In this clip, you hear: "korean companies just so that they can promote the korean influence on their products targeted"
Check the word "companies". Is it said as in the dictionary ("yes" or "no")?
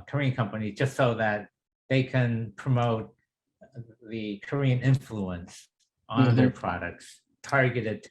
yes